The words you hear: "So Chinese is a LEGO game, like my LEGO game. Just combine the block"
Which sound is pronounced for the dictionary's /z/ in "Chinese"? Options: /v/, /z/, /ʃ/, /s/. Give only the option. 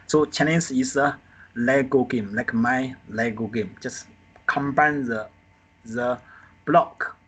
/s/